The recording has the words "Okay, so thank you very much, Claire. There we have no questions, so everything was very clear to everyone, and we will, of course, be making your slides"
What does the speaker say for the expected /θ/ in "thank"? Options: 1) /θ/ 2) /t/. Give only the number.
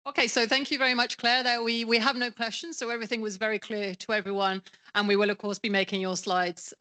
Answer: 1